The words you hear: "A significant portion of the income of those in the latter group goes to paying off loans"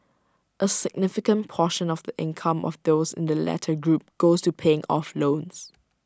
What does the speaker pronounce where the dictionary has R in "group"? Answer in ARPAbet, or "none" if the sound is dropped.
R